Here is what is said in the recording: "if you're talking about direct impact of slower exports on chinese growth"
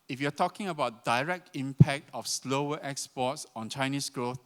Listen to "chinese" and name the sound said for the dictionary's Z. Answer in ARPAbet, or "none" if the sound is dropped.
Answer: S